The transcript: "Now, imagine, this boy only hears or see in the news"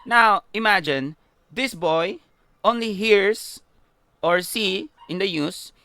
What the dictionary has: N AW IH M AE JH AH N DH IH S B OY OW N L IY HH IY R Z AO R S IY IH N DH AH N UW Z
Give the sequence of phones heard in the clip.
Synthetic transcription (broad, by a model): N AW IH M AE JH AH N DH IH S B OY OW N L IY HH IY R S AO R S IY IH N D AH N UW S